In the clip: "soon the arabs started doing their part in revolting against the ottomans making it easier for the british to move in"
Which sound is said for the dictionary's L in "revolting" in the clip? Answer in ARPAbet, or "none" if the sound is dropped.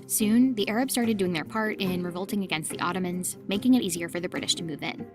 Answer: L